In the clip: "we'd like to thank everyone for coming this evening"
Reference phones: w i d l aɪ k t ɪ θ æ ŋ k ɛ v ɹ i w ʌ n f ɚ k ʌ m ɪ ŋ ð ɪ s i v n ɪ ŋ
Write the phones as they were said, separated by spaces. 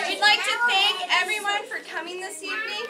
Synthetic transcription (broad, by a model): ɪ d l aɪ k t ɪ θ æ ŋ k ɛ v ɹ i w ʌ n f ɚ k ʌ m ɪ ŋ ð ɪ s i v n ɪ ŋ